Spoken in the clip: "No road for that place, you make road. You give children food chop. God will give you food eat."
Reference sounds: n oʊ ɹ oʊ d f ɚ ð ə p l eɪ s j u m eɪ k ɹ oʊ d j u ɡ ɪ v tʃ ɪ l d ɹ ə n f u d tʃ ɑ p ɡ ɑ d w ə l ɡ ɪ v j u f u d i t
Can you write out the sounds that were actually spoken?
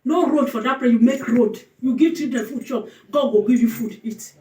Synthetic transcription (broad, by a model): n oʊ ɹ oʊ d f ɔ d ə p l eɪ j u m eɪ k ɹ oʊ d j u ɡ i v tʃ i d ə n f u d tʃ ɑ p ɡ ɑ d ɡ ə ɡ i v j u f u d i t